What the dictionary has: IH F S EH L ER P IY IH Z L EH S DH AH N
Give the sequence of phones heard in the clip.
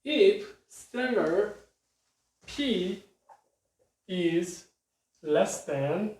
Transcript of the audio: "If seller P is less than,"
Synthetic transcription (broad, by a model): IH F S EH N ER P IY IH Z L EH S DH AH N